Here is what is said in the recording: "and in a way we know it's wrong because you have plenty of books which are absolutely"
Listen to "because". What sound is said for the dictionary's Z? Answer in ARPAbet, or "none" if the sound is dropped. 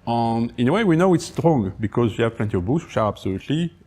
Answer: Z